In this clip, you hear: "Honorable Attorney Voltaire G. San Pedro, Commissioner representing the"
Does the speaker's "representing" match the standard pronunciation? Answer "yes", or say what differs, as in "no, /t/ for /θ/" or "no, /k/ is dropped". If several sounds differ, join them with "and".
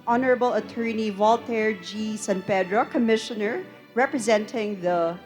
yes